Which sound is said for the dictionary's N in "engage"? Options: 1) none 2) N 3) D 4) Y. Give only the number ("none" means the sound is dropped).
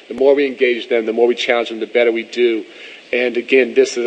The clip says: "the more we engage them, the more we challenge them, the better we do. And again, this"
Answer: 2